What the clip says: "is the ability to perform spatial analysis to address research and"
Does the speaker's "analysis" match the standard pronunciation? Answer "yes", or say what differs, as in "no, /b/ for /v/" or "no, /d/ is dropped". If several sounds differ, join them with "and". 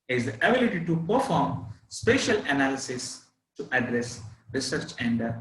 yes